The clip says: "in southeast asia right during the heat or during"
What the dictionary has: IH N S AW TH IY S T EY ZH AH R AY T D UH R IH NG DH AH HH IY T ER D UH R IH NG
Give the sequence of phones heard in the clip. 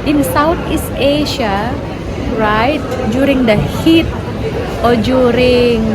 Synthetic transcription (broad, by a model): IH N S AW T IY S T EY SH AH R AY T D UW R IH NG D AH HH IY T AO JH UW R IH NG